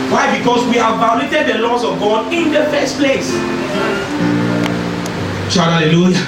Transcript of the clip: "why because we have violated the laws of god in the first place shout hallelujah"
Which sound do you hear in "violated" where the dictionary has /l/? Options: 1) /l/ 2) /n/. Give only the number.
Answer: 2